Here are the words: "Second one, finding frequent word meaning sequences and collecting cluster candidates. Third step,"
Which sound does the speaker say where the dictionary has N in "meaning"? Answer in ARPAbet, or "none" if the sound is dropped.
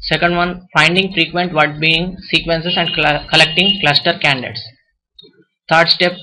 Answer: none